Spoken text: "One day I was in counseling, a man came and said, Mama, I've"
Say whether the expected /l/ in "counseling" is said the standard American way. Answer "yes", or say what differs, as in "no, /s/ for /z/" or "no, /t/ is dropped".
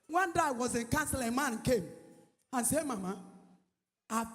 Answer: no, /l/ is dropped